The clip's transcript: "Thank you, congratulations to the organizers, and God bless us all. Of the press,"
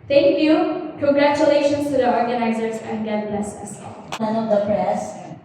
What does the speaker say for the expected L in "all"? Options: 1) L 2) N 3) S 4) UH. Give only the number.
2